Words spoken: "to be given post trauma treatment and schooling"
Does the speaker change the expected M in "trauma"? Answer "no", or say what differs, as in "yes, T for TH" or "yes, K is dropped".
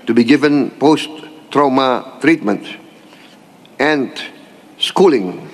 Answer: no